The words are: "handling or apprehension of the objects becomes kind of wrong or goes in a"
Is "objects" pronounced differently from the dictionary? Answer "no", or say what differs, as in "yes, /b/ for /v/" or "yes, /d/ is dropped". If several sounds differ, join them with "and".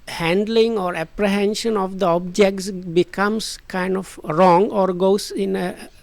no